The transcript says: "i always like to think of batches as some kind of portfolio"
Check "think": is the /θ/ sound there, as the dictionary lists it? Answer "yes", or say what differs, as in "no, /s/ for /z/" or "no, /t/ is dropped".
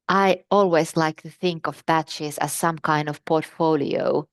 yes